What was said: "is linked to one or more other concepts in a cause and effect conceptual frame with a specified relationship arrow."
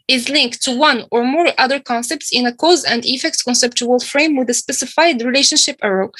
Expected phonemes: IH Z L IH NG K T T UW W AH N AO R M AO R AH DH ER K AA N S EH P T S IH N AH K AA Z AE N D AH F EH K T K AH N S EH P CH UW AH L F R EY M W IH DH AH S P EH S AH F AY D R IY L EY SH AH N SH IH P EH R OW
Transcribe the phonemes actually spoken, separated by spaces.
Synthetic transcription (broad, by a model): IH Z L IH NG K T T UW W AH N AO R M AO R AH DH ER K AA N S EH P T S IH N AH K AA Z AE N D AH F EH K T K AH N S EH P CH UW AH L F R EY M W IH DH AH S P EH S AH F AY D R IY L EY SH AH N SH IH P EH R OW